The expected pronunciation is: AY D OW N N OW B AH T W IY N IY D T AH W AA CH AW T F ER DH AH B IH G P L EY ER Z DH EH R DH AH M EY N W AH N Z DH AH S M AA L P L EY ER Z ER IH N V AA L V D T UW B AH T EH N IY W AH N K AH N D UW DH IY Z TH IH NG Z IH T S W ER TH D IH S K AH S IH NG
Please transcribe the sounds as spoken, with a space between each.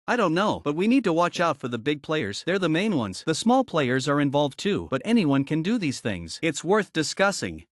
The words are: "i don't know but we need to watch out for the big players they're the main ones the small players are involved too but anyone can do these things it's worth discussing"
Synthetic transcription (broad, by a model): AY D OW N N OW B AH T W IY N IY D T AH W AA CH AW T F ER DH AH B IH G P L EY ER Z DH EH R DH AH M EY N W AH N Z DH AH S M AA L P L EY ER Z ER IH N V AA L V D T UW B AH T EH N IY W AH N K AH N D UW DH IY Z TH IH NG Z IH T S W ER TH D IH S K AH S IH NG